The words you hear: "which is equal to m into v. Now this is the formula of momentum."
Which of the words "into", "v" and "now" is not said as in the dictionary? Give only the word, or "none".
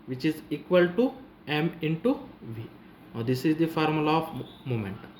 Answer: none